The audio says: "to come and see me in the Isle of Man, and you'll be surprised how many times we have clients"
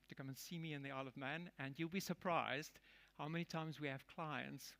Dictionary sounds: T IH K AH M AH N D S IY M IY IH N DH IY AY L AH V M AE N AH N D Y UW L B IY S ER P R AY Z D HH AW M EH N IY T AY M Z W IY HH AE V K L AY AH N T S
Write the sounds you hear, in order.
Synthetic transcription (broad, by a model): T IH K AH M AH N S IY M IY IH N DH IY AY L AH V M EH N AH N Y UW L B IY S ER P R AY Z D HH AW M EH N IY T AY M Z W IY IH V K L AY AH N T S